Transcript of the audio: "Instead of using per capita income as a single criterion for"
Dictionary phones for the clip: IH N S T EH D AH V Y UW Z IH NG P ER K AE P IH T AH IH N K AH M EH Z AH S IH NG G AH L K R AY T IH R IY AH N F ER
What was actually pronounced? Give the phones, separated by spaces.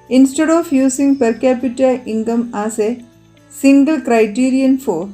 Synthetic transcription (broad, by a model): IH N S T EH D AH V Y UW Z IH NG P ER K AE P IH T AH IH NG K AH M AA S AH S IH NG G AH L K R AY T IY R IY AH N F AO